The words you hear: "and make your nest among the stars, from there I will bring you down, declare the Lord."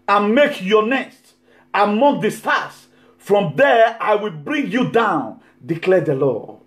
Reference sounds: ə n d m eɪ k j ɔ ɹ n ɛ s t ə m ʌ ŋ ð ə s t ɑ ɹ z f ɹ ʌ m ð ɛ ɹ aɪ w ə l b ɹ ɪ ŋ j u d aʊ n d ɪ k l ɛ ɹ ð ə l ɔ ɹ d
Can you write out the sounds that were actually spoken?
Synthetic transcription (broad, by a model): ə n m eɪ k j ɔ n ɛ s t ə m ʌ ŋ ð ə s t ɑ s f ɹ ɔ m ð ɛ aɪ w ə l b ɹ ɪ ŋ j u d aʊ n d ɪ k l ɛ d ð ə l ɔ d